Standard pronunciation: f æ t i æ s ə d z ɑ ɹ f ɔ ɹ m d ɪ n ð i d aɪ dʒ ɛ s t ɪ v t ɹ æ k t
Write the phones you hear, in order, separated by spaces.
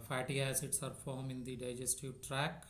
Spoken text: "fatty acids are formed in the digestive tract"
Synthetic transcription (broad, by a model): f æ t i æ s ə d s ɑ ɹ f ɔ ɹ m ɪ n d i d aɪ dʒ ɛ s t ɪ v t ɹ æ k